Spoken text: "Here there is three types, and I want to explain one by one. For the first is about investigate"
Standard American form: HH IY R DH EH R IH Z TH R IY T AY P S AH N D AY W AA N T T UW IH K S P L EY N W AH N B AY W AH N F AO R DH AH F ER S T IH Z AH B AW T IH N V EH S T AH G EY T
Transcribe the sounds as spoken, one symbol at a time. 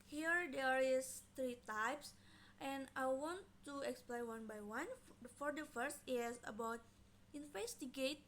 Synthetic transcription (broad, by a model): HH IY R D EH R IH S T R IY T AY P S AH N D AY W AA N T T UW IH K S P L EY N W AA N B AY W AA N F AO R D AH F ER S T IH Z AH B AW T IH N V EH S T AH G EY T